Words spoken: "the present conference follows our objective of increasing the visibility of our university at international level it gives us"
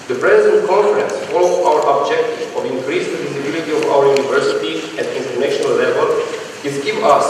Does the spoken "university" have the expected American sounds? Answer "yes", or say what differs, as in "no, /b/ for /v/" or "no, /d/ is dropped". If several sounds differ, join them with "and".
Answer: yes